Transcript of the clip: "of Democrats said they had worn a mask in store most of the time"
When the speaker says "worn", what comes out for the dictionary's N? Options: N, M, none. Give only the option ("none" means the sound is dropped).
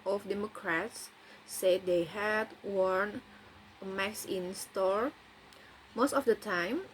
N